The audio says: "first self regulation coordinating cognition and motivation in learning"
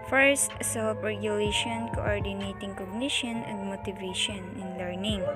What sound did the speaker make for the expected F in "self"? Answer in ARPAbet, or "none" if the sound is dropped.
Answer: P